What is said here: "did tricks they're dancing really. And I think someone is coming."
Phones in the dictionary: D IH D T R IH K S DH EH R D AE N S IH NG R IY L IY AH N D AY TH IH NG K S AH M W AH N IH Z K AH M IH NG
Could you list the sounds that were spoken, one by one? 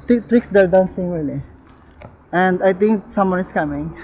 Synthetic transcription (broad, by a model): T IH T R IH K S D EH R D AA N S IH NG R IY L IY AH N D AY T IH NG K S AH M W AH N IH S K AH M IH NG